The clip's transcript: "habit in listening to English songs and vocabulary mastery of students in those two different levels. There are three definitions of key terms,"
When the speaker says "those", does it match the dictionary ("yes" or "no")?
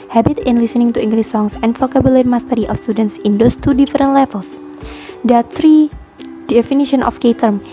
no